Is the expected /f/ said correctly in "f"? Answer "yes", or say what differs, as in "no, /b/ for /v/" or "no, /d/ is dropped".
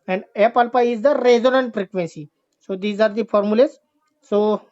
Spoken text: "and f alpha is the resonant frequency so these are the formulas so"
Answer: no, /p/ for /f/